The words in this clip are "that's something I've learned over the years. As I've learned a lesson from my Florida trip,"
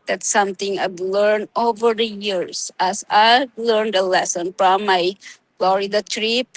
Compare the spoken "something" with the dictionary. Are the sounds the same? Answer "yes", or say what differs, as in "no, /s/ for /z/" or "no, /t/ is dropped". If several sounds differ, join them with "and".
no, /t/ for /θ/